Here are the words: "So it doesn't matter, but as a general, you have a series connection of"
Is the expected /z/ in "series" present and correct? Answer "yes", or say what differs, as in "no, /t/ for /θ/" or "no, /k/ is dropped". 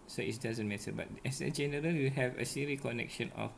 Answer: no, /z/ is dropped